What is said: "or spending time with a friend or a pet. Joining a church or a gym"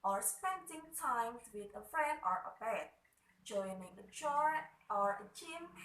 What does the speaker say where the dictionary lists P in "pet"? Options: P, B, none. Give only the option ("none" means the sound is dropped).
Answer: B